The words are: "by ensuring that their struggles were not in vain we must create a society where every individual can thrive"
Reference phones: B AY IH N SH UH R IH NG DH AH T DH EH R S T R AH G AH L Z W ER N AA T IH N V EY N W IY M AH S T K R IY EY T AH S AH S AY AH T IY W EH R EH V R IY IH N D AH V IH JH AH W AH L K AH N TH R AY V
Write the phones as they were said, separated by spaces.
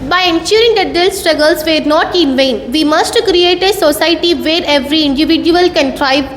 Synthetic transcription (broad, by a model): B AY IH N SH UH R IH NG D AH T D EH L S T R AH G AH L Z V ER N AA T IH N V EY N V IY M AH S T K R IY EY T AH S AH S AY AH T IY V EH R EH V R IY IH N D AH V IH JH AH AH L K AH N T R AY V